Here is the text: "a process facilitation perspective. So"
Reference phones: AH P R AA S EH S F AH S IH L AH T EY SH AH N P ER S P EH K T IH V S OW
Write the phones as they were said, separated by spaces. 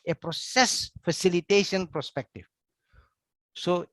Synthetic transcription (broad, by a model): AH P R AA S EH S F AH S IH L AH T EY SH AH N P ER S P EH K T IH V S OW